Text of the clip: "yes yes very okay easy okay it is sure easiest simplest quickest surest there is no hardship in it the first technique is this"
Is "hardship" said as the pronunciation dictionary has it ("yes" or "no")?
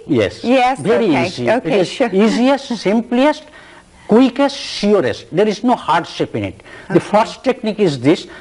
yes